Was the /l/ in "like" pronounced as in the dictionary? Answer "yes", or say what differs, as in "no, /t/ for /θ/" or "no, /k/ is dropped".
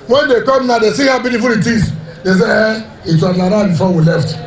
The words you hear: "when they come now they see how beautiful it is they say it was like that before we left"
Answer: no, /n/ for /l/